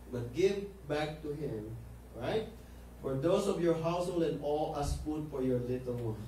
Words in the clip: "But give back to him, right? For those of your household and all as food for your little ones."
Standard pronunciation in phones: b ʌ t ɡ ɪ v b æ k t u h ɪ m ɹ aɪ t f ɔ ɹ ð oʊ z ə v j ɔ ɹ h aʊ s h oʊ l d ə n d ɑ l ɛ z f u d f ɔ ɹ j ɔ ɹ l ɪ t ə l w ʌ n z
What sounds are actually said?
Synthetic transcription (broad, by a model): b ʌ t ɡ ɪ v b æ k t u h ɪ m ɹ aɪ t f ɔ ɹ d oʊ s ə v j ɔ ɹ h aʊ s h oʊ l d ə n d ɑ l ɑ s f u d f ɔ ɹ j ɔ ɹ l ɪ t ə l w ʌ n